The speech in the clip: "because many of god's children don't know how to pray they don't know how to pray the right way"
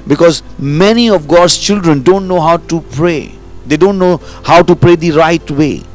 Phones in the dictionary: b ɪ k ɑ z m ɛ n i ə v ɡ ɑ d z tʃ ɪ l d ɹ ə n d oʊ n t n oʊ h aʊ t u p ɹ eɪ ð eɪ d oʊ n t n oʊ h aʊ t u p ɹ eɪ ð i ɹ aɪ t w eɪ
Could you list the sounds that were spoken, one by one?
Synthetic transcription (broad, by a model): b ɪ k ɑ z m ɛ n i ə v ɡ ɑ d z tʃ ɪ l d ɹ ə n d oʊ n t n oʊ h aʊ t u p ɹ eɪ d eɪ d oʊ n t n oʊ h aʊ t u p ɹ eɪ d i ɹ aɪ t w eɪ